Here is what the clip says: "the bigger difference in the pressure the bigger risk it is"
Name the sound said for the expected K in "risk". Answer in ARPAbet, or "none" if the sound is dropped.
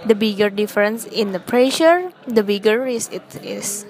none